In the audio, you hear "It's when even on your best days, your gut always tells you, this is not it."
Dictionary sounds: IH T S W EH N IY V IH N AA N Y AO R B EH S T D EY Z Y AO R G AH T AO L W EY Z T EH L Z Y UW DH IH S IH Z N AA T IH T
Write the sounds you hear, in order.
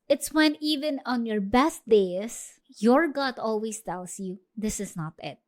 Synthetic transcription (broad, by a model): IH T S W EH N IY V IH N AA N Y AO R B EH S T D EY S Y AO R G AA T AO L W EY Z T EH L S Y UW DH IH S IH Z N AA T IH T